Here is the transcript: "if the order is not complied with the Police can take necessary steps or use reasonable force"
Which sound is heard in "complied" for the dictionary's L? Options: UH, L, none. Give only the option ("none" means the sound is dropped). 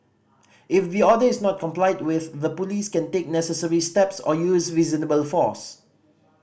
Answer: L